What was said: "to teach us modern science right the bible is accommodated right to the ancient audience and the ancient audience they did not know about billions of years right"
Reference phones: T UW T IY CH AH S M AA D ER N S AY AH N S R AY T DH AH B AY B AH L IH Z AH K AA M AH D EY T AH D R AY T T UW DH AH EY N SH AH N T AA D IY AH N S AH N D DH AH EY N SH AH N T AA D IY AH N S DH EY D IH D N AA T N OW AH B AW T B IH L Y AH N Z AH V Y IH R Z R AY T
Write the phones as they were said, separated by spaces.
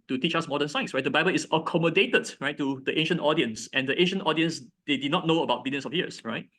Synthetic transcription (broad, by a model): T UW T IY CH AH S M AA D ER N S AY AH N S R AY T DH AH B AY B AH L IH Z AH K AA M AH D EY T AH D R AY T T UW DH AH EY N SH AH N T AA D IY AH N S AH N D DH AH EY N SH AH N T AA D IY AH N S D EY D IH D N AA T N OW AH B AW T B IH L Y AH N S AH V Y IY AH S R AY T